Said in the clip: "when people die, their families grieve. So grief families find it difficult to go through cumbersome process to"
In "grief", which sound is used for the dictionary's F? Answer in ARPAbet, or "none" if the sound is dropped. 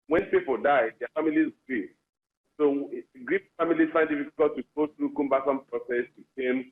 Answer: P